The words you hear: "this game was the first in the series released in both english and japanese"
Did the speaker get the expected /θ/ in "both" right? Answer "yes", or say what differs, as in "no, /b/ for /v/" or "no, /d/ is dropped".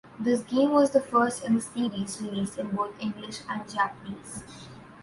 no, /t/ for /θ/